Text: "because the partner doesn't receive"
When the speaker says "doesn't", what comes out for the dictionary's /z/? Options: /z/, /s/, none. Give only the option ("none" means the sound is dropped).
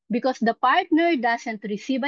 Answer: /s/